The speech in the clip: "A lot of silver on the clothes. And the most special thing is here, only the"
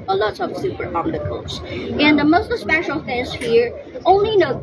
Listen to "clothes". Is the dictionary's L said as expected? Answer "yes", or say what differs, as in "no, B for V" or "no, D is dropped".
no, L is dropped